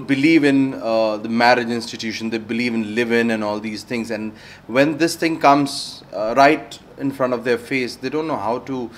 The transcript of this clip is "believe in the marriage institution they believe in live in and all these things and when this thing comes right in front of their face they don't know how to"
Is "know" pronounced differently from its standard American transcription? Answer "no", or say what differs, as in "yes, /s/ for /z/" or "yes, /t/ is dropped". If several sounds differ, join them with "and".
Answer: no